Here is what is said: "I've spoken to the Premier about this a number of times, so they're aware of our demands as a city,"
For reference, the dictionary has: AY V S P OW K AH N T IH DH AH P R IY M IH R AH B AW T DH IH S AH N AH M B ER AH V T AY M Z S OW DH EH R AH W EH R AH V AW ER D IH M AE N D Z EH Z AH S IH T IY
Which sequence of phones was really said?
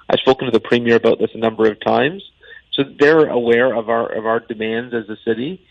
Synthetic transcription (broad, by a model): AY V S P OW K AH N T IH DH AH P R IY M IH R AH B AW T DH IH S AH N AH M B ER AH V T AY M Z S OW DH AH R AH W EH R AH V AW ER D IH M AE N D Z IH Z AH S IH T IY